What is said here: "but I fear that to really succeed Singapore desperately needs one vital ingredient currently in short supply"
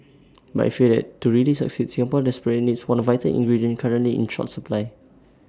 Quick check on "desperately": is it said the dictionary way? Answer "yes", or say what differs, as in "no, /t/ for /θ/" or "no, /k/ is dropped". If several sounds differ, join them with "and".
no, /ɹ/ is dropped